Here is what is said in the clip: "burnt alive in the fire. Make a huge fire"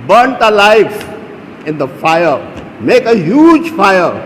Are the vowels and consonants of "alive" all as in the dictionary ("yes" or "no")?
no